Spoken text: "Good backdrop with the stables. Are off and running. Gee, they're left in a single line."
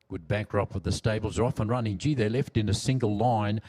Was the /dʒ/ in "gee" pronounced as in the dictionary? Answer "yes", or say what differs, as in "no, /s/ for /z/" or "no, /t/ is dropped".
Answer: yes